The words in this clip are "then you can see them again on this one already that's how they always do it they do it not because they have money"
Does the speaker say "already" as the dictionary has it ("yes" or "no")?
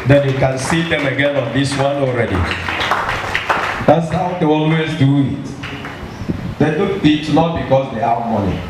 yes